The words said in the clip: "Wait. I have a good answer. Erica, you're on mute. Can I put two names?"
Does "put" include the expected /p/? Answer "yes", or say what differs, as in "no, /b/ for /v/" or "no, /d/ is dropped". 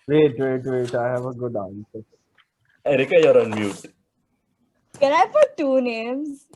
no, /f/ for /p/